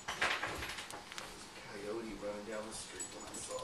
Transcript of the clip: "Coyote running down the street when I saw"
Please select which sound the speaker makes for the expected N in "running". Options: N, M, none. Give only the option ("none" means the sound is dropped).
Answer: none